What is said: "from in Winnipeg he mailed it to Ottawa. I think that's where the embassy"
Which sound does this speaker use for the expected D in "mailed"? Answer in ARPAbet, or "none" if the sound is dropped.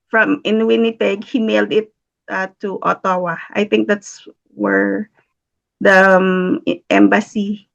D